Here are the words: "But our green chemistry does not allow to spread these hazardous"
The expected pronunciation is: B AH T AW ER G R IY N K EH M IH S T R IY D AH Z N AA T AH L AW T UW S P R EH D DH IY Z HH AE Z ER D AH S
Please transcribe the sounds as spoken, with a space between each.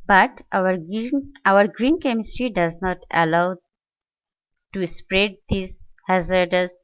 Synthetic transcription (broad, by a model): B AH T AW ER G R IY N K EH M IH S T R IY D AH Z N AA T AH L AW T UW S P R EH D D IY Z HH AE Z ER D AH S